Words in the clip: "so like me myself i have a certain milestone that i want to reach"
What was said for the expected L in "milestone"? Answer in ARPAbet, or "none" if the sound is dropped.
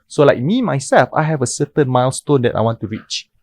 L